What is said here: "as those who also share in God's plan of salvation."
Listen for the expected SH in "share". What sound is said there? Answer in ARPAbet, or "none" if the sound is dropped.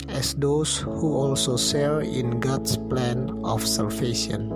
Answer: S